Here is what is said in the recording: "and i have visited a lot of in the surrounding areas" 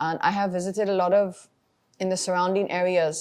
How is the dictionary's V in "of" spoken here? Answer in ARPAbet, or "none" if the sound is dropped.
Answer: V